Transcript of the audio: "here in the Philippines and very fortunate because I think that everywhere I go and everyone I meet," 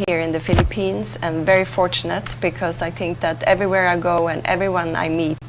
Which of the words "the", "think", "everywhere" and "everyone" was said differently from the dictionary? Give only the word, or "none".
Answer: none